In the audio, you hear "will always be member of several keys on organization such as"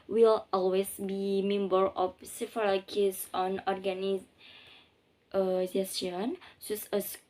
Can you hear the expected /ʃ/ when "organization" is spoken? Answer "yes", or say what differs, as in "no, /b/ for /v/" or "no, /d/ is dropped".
no, /s/ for /ʃ/